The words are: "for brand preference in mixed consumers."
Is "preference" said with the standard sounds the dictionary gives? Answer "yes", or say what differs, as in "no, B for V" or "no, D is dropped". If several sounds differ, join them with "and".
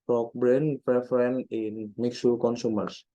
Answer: no, S is dropped